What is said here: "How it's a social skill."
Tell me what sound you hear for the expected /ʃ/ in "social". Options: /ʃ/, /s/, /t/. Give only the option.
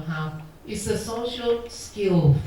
/ʃ/